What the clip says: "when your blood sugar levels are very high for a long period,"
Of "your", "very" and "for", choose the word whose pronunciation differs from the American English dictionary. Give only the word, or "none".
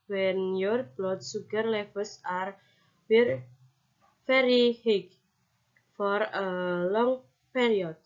very